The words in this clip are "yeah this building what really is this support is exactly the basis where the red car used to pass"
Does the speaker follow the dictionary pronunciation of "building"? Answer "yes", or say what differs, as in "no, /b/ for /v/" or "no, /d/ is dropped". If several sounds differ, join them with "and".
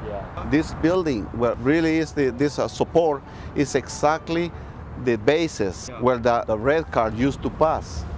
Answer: yes